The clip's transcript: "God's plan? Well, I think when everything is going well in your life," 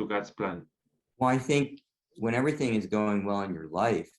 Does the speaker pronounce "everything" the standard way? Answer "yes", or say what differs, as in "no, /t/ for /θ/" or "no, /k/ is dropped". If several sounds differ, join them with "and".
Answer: yes